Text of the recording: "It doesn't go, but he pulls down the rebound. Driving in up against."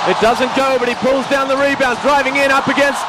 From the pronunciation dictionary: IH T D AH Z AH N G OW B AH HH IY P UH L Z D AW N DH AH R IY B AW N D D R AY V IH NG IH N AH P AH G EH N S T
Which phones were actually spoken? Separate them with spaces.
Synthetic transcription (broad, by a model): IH T D AH Z AH N G OW B AH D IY P UH L Z D AW N DH AH R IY B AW N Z D R AY V IH NG IH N AH P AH G EH N S T